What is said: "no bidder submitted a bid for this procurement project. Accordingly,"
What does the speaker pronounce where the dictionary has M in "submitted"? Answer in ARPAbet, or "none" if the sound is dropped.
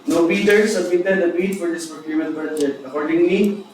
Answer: none